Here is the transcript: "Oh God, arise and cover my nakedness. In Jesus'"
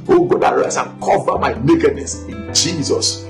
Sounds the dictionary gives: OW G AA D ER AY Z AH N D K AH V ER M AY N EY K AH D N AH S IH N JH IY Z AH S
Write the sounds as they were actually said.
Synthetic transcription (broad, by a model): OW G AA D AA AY S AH N K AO V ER M AY N EY K AH D N AH S IH N JH IY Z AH S